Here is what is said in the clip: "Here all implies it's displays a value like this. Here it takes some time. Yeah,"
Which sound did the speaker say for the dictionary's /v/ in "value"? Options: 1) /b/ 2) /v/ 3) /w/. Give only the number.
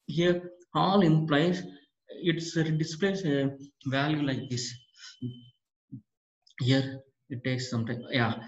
2